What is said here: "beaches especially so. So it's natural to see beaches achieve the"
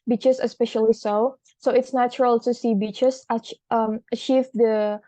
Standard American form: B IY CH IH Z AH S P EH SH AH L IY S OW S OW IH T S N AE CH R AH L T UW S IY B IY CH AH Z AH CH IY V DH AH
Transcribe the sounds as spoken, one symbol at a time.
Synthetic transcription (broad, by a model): B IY CH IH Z AH S P EH SH AH L IY S OW S OW IH T S N AE CH R AH L T UW S IY B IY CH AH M AH CH IY V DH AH